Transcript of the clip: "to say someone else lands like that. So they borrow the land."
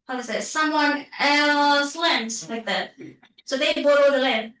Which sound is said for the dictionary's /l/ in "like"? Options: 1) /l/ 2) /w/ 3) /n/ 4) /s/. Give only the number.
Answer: 2